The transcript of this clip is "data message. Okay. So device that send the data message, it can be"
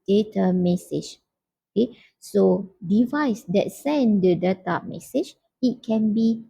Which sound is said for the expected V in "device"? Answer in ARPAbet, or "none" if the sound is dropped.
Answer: V